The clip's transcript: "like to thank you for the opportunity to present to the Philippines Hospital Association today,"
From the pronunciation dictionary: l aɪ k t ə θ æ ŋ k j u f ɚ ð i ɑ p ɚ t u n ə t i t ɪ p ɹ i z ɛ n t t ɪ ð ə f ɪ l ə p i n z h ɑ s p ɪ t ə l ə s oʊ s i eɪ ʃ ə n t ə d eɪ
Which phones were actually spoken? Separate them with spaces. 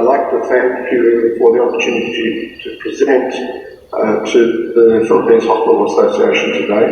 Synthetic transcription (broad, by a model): l aɪ k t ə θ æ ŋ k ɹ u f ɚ ð i ɑ p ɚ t u n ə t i t ɪ p ɹ i z ɛ n t t ɪ ð ə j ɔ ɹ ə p i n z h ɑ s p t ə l ə s oʊ s i eɪ ʃ ə n t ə d eɪ